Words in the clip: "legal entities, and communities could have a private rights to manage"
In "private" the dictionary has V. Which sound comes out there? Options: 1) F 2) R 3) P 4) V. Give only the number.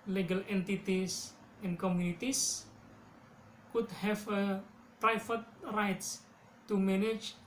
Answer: 1